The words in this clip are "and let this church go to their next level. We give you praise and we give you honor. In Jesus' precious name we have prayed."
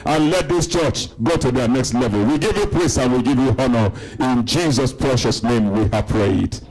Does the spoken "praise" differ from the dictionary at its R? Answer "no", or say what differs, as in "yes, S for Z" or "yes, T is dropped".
yes, L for R